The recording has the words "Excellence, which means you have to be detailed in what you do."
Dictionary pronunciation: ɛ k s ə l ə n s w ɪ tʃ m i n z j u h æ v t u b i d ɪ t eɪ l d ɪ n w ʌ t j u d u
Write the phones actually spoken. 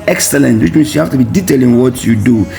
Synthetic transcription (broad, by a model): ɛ k s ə l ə n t w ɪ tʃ m i n s j u h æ f t u b i d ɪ t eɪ l ɪ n w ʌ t j u d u